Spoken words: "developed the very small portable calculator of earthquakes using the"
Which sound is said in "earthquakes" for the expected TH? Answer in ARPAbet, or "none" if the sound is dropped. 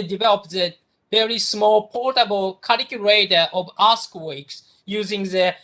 S